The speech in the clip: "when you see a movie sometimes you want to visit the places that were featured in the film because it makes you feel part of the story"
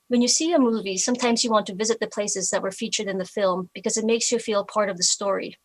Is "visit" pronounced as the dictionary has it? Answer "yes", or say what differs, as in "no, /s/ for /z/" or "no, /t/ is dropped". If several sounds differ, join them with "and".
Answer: yes